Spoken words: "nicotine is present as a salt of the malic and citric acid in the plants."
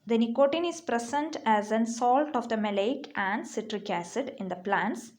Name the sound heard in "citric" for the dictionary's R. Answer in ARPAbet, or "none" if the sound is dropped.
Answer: R